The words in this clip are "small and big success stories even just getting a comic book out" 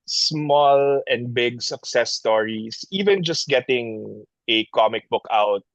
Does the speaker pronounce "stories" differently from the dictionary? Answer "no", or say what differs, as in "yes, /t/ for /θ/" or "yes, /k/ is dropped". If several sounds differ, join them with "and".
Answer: yes, /s/ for /z/